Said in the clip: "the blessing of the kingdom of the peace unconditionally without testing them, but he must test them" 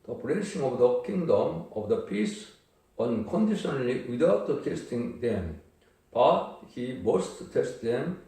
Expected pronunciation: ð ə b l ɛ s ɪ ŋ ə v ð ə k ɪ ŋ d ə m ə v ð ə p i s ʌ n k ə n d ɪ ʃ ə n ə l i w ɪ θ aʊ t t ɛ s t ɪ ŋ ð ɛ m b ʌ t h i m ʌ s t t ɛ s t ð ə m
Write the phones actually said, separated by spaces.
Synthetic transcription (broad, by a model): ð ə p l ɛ ʃ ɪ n ə v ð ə k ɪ ŋ d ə m ə v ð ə p i s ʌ n k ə n d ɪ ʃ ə n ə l i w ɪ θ aʊ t t ɛ s t ɪ ŋ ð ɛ m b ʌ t h i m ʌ s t t ɛ s t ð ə m